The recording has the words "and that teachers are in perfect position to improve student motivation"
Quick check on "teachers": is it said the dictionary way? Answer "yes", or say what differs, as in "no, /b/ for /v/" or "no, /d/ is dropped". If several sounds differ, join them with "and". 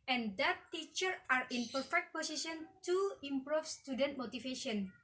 no, /z/ is dropped